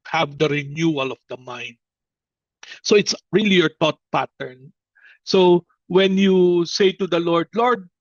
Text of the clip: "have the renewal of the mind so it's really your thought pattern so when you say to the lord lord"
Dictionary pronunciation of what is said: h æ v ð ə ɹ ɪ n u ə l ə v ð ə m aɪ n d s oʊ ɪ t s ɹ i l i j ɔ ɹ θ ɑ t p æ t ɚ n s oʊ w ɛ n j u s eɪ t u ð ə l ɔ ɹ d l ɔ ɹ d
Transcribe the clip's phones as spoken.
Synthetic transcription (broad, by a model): h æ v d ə ɹ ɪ n u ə l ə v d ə m aɪ n d s oʊ ɪ t s ɹ i l i j ɔ ɹ t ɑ t p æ t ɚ n s oʊ w ɛ n j u s eɪ t u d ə l ɔ ɹ d l ɔ ɹ d